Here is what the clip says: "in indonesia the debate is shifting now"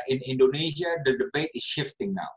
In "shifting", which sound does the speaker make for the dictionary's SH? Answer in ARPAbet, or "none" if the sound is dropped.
SH